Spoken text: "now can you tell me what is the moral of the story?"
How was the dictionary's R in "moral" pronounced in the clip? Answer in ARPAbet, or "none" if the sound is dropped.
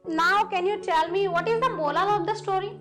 L